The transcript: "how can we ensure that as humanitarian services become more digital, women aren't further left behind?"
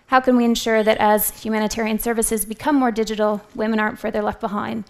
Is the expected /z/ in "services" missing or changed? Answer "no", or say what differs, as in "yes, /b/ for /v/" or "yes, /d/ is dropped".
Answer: no